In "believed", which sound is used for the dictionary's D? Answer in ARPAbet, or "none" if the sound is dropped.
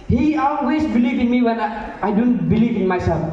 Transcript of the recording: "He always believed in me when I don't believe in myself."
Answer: none